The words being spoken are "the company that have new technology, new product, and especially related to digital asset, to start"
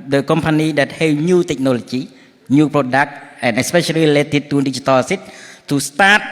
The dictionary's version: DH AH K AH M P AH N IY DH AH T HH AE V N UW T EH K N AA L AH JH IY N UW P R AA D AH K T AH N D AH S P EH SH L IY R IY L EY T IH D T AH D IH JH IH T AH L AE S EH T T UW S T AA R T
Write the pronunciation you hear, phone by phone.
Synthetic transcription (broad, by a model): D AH K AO M P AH N IY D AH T HH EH W N UW T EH K N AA L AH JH IY N UW P R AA D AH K T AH N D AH S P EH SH IY L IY L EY T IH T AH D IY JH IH T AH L S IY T T UW S T AA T